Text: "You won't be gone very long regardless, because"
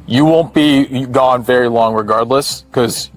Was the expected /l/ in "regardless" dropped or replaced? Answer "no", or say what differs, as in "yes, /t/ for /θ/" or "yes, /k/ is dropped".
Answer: no